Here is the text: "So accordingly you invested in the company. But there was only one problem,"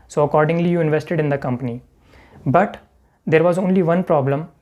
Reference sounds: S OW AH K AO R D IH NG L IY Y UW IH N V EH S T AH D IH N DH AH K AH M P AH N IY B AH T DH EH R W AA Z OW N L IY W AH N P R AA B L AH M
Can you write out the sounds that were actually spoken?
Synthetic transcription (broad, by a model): S OW AH K AO R D IH NG L IY Y UW IH N V EH S T AH D IH N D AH K AH M P AH N IY B AH T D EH R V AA Z OW N L IY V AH N P R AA B L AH M